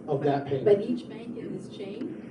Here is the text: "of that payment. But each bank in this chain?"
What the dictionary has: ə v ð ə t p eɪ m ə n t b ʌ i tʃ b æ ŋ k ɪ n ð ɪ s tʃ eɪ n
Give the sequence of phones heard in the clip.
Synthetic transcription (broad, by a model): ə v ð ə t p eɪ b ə t i tʃ b æ ŋ k ɪ n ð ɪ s tʃ eɪ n